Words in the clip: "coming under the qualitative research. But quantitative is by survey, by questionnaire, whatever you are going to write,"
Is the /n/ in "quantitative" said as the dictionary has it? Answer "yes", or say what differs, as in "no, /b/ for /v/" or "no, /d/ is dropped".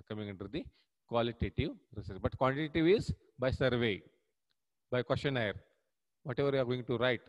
no, /l/ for /n/